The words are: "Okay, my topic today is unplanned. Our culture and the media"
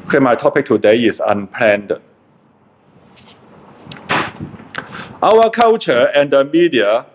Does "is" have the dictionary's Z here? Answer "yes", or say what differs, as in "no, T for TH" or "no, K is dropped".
no, S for Z